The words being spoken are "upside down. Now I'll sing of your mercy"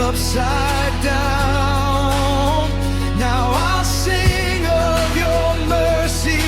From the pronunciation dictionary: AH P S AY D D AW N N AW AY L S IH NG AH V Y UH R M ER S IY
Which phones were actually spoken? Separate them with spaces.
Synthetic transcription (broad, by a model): AH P S AY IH D AW N N AW AY L S IH NG AH V Y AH R M ER S IY